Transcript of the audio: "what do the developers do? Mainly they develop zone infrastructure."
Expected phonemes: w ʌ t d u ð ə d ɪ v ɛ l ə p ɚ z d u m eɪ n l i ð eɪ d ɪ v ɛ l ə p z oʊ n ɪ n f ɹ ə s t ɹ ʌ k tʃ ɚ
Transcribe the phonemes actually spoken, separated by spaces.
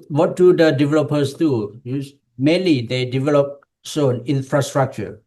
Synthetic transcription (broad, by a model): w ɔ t d u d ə d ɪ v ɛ l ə p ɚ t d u m eɪ n l i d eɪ d ɪ v ɛ l ə p s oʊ n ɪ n f ɹ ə s t ɹ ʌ k tʃ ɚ